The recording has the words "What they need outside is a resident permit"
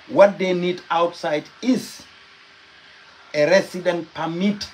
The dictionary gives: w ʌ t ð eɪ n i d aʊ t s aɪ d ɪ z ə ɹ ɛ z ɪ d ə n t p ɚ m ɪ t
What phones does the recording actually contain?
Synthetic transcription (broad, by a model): w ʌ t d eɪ n i d aʊ t s aɪ d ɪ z ə ɹ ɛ s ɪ d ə n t p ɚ m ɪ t